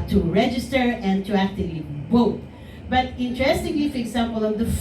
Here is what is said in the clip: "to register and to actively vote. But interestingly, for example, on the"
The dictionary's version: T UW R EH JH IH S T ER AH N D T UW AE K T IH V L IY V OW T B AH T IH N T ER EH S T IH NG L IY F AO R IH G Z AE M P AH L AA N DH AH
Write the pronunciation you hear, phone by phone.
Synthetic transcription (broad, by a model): T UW R EH JH IH S T ER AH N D T UW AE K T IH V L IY B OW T B AH T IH N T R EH S T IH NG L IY F AO R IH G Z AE M P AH L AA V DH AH